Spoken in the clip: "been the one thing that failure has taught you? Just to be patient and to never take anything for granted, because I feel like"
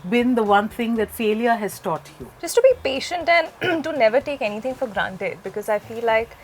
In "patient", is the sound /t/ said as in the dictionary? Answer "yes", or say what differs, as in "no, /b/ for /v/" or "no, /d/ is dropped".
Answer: yes